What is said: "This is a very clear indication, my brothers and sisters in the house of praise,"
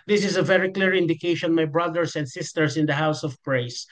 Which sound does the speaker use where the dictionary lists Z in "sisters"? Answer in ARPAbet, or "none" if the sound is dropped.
S